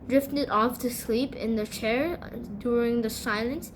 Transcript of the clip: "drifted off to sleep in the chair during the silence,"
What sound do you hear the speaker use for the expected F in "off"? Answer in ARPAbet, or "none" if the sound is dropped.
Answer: F